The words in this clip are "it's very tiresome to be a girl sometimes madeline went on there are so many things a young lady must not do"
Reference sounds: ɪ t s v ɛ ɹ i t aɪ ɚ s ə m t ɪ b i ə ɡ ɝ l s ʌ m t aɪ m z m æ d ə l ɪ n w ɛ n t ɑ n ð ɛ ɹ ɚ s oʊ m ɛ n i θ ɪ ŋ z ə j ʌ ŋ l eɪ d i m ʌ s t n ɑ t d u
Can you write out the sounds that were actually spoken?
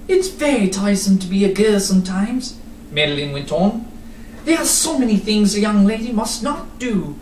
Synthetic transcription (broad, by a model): ɪ t s v ɛ ɹ i t aɪ s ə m t ɪ b i ə ɡ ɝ s ʌ m t aɪ m z m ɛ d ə l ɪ n w ɛ n t n ð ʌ ɹ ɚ s oʊ m ɛ n i θ ɪ ŋ z ə j ʌ ŋ l eɪ d i m ʌ s t n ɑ t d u